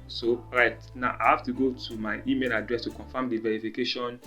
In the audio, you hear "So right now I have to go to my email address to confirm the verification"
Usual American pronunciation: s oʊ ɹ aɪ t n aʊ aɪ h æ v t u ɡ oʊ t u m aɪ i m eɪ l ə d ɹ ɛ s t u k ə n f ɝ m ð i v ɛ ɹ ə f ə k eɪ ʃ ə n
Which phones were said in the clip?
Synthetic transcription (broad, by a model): s oʊ ɹ aɪ t n aʊ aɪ h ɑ f t u ɡ oʊ t u m aɪ i m eɪ l ə d ɹ ɛ s t u k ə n f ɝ m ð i v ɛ ɹ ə f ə k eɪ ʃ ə n